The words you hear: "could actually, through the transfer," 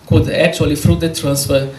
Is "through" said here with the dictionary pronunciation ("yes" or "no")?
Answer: no